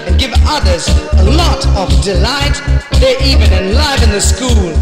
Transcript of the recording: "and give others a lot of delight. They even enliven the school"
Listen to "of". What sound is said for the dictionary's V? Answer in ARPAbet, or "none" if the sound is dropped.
V